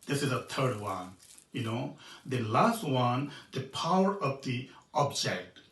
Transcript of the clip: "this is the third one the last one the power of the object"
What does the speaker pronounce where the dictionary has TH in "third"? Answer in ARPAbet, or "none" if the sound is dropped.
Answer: T